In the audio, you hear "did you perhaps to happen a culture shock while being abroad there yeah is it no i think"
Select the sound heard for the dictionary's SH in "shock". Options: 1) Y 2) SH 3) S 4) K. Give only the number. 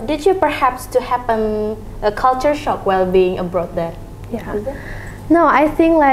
2